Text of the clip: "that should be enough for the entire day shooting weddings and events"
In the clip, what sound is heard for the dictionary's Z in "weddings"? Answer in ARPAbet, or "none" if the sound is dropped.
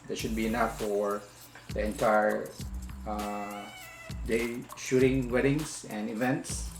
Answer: S